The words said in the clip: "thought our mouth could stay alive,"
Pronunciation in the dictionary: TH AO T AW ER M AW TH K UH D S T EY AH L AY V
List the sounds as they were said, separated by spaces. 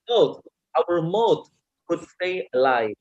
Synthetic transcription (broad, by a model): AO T AW ER M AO T K UH D S T EY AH L AY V